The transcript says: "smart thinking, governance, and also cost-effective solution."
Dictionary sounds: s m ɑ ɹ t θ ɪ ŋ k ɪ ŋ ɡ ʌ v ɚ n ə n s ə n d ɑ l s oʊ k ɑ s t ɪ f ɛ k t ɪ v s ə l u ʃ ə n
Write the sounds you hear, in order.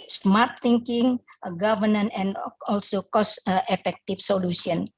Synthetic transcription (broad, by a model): s m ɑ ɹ t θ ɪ ŋ k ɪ ŋ ɡ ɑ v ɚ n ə n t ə n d ɑ l s oʊ k ɑ s t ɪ f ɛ k t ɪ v s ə l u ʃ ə n